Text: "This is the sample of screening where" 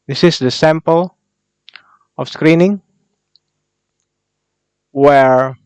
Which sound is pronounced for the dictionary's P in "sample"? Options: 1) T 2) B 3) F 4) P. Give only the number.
4